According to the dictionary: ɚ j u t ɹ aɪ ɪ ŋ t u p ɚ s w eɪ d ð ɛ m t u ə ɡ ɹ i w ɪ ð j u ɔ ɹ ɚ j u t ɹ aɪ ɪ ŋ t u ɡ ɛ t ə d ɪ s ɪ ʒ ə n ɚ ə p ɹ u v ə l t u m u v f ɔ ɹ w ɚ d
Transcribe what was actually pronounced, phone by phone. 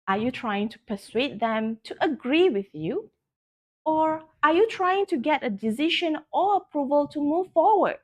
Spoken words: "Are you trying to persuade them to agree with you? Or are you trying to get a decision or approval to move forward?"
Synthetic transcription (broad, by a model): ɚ j u t ɹ aɪ ɪ ŋ t u p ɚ s w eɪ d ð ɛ m t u ə ɡ ɹ i w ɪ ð j u ɔ ɹ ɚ j u t ɹ aɪ ɪ ŋ t u ɡ ɛ t ə d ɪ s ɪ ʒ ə n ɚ ə p ɹ u v ə l t u m u v f ɔ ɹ w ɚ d